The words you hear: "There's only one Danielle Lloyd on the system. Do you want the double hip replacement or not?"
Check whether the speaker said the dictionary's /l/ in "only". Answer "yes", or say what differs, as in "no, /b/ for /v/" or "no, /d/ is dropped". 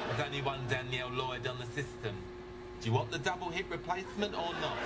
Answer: no, /l/ is dropped